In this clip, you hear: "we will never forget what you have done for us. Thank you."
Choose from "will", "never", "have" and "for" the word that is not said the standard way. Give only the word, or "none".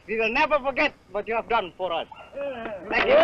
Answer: none